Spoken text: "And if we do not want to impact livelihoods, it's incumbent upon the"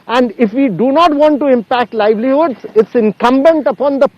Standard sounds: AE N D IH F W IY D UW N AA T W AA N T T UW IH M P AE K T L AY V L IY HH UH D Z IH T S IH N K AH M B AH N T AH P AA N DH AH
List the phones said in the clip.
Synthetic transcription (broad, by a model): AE N D IH F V IY D UW N AA T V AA N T T UW IH M P AE K T L AY V L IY HH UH D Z IH T S IH N K AH M B AH N T AH P AA N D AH